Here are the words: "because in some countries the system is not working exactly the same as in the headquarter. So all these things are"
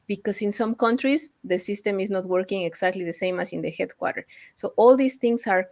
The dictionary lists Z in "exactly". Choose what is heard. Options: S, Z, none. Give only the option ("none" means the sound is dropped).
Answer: S